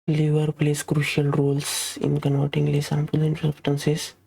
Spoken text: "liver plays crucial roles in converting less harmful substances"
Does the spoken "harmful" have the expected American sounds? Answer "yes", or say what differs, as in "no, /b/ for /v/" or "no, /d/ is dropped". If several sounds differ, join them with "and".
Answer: no, /p/ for /f/